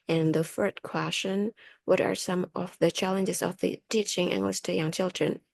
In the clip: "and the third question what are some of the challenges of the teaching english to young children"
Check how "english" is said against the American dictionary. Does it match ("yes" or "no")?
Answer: no